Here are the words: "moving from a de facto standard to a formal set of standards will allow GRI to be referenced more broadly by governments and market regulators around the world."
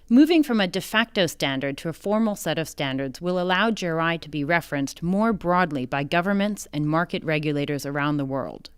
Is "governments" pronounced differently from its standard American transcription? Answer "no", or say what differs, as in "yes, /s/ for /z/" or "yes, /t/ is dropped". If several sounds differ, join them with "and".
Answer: no